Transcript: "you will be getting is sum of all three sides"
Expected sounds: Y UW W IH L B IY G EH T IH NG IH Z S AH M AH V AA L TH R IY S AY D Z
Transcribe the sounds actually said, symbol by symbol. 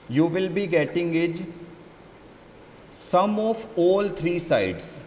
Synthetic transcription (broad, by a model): Y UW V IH L B IY G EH T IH NG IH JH S AH M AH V AA L T R IY S AY D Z